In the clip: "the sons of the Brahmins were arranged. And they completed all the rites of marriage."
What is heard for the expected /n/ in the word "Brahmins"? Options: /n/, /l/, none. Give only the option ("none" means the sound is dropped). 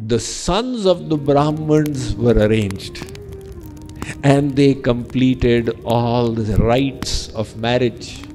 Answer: /n/